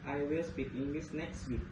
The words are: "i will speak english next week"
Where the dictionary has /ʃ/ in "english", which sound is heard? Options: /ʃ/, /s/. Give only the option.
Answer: /s/